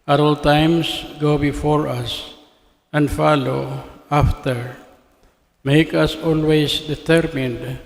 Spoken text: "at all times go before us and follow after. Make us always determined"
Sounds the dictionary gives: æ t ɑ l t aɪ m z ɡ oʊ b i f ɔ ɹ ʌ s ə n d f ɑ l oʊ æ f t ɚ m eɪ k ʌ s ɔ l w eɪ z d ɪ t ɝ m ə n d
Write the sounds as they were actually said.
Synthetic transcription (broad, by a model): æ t ɑ l t aɪ m s ɡ oʊ b i f ɔ ɹ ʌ s ə n d f ɑ l oʊ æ f t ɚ m eɪ k ʌ s ɔ l w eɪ s d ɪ t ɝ m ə n d